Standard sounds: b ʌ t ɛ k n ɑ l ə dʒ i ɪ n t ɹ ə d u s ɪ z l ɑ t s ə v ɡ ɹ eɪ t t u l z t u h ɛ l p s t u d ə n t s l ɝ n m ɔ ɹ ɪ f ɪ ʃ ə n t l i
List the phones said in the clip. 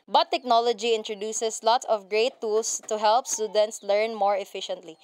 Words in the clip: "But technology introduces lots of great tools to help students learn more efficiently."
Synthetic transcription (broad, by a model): b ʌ t ɛ k n ɑ l ə dʒ i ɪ n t ɹ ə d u s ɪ s l ɑ t s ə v ɡ ɹ eɪ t t u l s t u h ɛ l p s t u d ə n t s l ɝ n m ɔ ɹ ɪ f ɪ ʃ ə n t l i